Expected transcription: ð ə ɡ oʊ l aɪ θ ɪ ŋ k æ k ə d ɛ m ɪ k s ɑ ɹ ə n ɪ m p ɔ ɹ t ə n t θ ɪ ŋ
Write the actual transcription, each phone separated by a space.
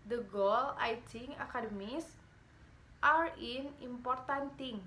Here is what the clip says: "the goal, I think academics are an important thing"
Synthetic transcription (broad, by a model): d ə ɡ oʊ l aɪ t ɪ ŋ ɑ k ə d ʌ m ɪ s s ɑ ɹ ə n ɪ m p ɔ ɹ t ə n t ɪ ŋ